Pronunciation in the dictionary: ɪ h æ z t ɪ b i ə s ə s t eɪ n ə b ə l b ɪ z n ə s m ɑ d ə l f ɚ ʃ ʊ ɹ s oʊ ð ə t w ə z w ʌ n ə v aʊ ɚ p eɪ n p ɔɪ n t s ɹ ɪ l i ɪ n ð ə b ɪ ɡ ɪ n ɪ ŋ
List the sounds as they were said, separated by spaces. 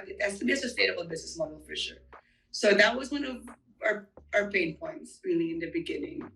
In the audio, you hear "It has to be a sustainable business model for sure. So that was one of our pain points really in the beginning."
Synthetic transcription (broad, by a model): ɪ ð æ s t ɪ b i ə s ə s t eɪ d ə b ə b ɪ z n ə s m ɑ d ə l f ɚ ʃ ʊ ɹ s oʊ ð ə t w ə z w ʌ n ə v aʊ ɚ p eɪ n p ɔɪ n t s ɹ ɪ l i ɪ n ð ə b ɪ ɡ ɪ n ɪ ŋ